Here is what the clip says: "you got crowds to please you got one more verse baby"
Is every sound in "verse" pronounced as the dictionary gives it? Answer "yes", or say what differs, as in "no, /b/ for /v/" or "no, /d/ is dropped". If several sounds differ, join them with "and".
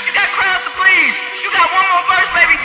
no, /f/ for /v/